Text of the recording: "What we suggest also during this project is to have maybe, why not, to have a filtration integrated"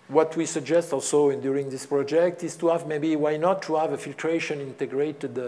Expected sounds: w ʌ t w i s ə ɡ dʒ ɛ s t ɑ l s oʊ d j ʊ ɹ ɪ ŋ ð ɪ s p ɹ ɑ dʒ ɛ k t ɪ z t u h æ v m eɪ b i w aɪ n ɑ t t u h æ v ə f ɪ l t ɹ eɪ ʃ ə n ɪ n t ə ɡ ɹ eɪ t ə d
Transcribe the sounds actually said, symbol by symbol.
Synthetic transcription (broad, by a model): w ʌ t w i s ə ɡ dʒ ɛ s t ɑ l s oʊ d j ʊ ɹ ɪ ŋ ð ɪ s p ɹ ɑ dʒ ɛ k t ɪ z t u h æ v m eɪ b i w aɪ n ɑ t t u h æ v ə f ɪ l t ɹ eɪ ʃ ə n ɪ n t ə ɡ ɹ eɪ t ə d